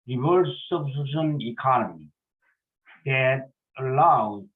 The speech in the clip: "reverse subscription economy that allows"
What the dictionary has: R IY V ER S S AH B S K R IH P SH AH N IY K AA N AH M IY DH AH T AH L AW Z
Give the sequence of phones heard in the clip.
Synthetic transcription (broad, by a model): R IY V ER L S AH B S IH SH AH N IY K AA N AH M IY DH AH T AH L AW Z